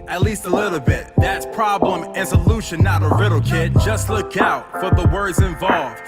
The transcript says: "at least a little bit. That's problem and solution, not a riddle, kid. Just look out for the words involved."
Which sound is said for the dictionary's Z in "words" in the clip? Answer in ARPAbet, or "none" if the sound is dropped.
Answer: Z